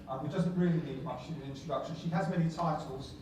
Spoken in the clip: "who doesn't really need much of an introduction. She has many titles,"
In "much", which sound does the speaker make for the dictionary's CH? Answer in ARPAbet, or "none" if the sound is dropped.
CH